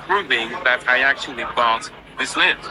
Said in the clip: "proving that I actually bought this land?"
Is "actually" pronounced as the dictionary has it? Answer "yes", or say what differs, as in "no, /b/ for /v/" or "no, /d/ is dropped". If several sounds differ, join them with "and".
yes